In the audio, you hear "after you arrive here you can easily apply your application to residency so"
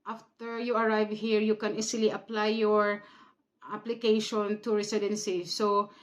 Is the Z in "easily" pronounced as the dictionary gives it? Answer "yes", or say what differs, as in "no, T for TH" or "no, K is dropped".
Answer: no, S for Z